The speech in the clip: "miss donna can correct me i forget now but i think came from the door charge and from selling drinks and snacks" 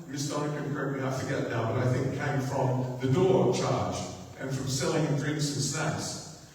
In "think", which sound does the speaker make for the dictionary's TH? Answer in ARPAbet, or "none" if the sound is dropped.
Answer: TH